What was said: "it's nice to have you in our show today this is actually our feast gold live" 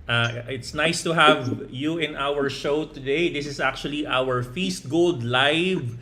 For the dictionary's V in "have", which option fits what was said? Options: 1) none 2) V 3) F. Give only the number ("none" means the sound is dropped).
2